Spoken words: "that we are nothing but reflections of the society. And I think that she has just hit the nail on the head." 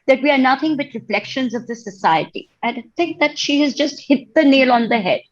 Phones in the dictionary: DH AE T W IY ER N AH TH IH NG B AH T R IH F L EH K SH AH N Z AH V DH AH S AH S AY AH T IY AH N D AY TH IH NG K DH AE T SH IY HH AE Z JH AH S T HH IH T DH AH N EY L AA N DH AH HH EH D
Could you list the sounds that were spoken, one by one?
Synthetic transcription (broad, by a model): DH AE T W IY ER N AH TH IH NG B AH T R IH F L EH K SH AH N Z AH V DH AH S AH S AY AH T IY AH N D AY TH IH NG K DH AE T SH IY HH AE Z JH AH S T HH IH T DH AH N EY L AA N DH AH HH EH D